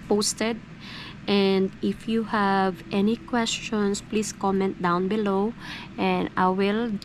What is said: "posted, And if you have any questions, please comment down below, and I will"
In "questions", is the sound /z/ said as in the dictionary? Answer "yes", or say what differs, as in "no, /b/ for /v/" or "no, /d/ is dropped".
no, /s/ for /z/